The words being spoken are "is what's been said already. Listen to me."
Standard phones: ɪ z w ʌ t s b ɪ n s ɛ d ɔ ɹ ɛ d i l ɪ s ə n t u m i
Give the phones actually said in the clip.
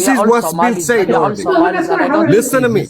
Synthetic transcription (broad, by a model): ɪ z w ʌ t s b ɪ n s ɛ ɪ ɔ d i l ɪ s ə n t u m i